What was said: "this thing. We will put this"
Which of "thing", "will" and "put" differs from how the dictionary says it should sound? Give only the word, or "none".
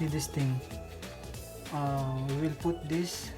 thing